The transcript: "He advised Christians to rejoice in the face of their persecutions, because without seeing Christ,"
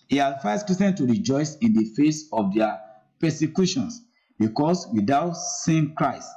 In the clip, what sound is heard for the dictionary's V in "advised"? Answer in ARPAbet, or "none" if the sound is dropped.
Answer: F